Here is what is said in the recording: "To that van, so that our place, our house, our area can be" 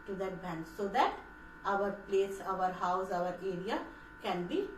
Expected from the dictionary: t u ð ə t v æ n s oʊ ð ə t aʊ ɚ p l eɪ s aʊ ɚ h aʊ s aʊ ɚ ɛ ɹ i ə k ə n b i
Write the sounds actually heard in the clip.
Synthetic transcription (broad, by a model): t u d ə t b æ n s oʊ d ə t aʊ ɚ p l eɪ s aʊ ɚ h aʊ s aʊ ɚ ɛ ɹ i ə k ə n b i